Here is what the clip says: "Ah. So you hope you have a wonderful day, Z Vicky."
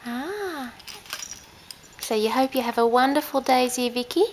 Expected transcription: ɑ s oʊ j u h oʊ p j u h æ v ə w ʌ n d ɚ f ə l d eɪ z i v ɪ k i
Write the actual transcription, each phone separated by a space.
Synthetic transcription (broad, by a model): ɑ s oʊ j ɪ h oʊ p j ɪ v ə w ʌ n d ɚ f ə l d eɪ z i v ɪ k i